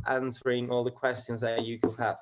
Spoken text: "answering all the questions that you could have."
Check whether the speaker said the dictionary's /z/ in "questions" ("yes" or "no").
yes